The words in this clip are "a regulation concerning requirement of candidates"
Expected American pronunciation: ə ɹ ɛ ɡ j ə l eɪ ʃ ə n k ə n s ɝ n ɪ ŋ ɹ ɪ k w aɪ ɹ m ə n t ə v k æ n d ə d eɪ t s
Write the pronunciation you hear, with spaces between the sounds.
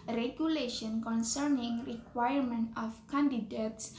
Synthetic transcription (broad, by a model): ɹ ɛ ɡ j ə l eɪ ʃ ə n k ə n s ɝ n ɪ ŋ ɹ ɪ k w aɪ ɹ m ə n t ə f k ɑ n d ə d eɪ t s